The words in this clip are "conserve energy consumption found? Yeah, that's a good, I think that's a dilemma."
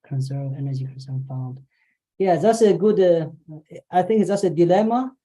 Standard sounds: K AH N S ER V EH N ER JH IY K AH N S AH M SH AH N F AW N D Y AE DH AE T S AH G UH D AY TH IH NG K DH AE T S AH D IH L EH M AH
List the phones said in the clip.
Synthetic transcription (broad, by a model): K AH N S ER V EH N ER JH IY K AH N S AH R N F AW N D Y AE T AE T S AH G UH D AY TH IH NG K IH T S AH D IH L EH M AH